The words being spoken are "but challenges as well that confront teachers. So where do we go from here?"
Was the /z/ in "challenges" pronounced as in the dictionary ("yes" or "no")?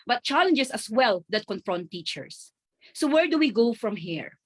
no